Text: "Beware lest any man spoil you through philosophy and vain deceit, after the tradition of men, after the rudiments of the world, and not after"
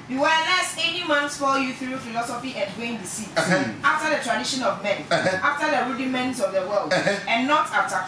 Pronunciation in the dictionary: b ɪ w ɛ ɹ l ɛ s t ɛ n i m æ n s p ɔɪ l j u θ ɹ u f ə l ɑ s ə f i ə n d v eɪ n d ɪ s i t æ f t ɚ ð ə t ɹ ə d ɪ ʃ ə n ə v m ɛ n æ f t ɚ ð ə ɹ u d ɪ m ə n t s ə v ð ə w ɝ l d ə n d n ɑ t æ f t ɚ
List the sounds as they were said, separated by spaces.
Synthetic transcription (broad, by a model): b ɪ w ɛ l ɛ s ɛ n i m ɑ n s f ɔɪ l j u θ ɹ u f ə l ɑ s ə f i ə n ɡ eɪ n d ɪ s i ɑ f t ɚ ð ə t ɹ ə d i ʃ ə n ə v m ɛ n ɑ f t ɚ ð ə ɹ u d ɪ m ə n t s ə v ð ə w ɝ l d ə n n ɑ t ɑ f t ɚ